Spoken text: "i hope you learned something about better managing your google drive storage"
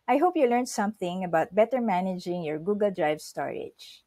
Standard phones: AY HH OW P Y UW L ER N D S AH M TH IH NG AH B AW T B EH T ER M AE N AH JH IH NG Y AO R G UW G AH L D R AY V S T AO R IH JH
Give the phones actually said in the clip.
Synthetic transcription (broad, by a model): AY HH OW P Y UW L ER N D S AH M TH IH NG AH B AW T B EH T ER M AE N AH JH IH NG Y AO R G UW G AH L D R AY V S T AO R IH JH